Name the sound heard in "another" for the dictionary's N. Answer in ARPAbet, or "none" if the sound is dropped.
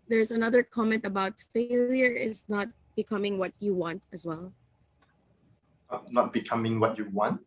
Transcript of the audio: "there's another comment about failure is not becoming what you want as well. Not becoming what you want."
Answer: N